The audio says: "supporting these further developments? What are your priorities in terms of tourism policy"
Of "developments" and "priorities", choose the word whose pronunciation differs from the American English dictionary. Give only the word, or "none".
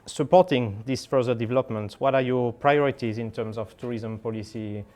developments